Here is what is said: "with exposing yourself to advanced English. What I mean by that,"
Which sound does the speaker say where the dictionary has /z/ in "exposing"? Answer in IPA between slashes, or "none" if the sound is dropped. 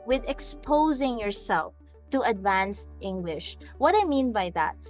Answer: /z/